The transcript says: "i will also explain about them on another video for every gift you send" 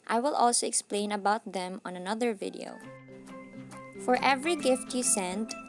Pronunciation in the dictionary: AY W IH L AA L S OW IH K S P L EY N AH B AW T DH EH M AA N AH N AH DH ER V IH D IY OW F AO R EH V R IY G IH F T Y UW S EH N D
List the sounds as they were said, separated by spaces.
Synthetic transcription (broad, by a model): AY W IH L AA L S OW IH K S P L EY N AH B AW T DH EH M AA N AH N AH DH ER V IH D IY OW F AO R EH V R IY G IH F T Y UW S EH N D